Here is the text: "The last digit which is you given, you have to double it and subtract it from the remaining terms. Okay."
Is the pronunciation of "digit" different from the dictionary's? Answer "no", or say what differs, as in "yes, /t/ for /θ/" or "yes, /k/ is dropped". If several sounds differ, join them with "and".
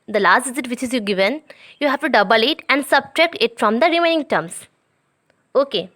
yes, /z/ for /dʒ/